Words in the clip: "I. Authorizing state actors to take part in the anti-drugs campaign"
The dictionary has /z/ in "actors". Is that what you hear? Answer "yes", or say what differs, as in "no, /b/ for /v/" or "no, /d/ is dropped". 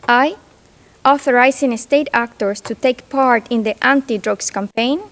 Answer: no, /s/ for /z/